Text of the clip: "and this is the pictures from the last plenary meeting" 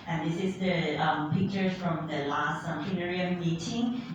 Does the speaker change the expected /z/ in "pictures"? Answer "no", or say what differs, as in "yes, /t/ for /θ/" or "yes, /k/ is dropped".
yes, /z/ is dropped